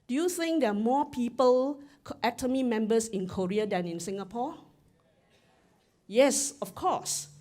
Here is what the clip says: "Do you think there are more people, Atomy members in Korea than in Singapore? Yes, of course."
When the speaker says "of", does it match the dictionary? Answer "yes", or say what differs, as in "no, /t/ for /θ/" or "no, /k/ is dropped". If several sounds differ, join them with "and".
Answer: no, /f/ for /v/